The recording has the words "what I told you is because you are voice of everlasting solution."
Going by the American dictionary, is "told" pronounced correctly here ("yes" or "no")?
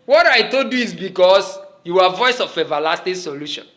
no